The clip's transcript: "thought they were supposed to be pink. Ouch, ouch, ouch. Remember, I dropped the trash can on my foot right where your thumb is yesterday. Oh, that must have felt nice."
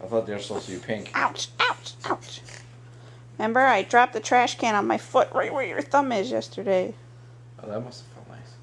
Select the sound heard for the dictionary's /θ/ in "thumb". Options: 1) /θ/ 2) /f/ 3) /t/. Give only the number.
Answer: 1